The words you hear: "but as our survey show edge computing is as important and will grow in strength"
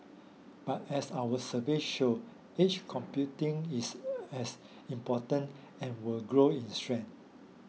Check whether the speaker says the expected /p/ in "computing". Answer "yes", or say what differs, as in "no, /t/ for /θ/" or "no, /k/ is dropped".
yes